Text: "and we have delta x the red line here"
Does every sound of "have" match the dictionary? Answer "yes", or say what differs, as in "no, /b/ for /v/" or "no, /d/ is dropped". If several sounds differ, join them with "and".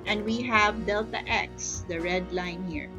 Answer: yes